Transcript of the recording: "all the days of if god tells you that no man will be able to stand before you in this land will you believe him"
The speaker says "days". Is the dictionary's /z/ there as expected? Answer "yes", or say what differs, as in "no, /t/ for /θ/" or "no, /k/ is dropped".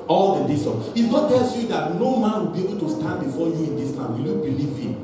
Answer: no, /s/ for /z/